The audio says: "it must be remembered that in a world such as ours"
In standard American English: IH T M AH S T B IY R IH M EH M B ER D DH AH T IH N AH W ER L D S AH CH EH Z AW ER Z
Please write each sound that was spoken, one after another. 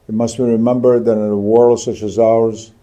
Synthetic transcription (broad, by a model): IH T M AH S T B IY R IH M EH M B ER D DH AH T IH N AH W ER L D S AH CH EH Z AW ER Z